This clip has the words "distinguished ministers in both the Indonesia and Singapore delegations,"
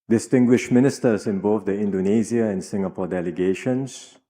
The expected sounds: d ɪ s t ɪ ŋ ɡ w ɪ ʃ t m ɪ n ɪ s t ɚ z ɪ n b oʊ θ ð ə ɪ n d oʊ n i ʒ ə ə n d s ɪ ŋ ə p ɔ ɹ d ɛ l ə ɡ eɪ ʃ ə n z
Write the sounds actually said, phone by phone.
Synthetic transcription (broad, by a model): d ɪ s t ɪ ŋ ɡ w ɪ ʃ m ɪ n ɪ s t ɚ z ɪ n b oʊ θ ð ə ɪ n d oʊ n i z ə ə n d s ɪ ŋ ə p ɔ d ɛ l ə ɡ eɪ ʃ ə n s